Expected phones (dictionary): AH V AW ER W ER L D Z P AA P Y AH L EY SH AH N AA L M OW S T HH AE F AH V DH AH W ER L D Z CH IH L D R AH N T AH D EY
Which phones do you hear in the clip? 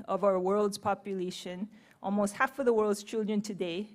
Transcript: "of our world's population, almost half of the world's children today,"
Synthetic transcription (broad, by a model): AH V AW ER W ER L D Z P AA P Y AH L EY SH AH N AA L M OW S T HH AE F AH V DH AH W ER L D Z CH IH L D R AH N T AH D EY